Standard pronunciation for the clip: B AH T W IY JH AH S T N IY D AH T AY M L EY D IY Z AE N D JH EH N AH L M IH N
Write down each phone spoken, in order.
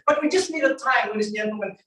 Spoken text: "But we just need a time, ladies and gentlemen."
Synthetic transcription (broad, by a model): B AH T W IY JH AH S T N IY D AH T AY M W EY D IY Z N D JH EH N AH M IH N